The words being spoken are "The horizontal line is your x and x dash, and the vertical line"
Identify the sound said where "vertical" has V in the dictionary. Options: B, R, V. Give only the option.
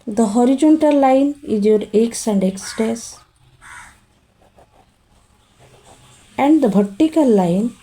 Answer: B